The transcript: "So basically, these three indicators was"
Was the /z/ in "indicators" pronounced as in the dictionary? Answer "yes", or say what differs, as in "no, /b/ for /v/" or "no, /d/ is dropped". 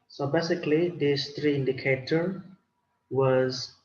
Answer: no, /z/ is dropped